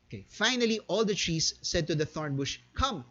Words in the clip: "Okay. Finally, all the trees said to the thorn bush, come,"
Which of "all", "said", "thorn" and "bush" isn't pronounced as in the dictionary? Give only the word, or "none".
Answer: none